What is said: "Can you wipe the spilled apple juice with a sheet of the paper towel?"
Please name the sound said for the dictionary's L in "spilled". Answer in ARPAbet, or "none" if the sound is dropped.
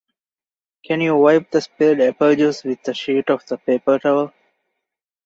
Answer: none